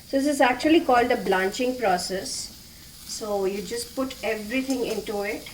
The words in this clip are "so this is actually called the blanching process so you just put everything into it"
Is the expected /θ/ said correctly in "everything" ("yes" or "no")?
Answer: no